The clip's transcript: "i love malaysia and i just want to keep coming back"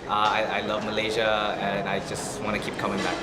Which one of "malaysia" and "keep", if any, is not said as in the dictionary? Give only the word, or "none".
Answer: none